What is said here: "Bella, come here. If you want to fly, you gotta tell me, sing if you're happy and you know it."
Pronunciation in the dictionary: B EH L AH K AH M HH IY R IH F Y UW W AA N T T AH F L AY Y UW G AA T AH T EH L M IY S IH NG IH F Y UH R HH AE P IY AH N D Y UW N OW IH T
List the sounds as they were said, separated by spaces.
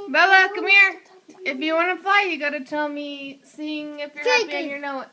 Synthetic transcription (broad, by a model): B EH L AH K AH M HH IY R IH F Y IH W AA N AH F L AY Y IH G AA T AH T EH L M IY S IH NG IH F Y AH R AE IY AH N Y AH N OW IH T